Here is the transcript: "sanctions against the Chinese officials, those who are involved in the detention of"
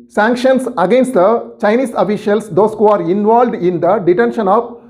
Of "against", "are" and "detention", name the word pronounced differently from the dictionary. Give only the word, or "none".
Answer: none